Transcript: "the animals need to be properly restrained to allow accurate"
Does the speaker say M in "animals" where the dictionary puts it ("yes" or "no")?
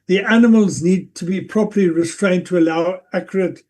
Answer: yes